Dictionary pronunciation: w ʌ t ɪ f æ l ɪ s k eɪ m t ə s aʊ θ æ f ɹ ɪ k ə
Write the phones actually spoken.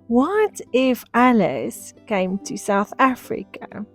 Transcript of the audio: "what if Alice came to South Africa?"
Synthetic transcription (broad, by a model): w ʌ t ɪ f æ l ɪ s k eɪ m t ə s aʊ θ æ f ɹ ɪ k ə